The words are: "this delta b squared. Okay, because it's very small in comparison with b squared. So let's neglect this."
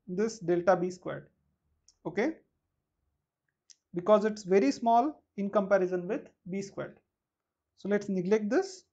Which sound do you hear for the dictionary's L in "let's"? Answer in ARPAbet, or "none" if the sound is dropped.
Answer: L